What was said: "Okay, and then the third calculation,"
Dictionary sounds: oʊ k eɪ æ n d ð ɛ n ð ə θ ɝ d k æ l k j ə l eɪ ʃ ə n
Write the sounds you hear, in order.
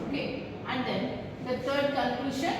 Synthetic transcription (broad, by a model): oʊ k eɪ æ n d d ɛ n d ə t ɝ d k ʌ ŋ k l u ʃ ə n